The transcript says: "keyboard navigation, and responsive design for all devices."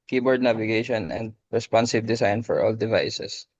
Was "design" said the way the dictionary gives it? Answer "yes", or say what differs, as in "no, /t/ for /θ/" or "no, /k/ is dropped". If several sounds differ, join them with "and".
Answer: no, /s/ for /z/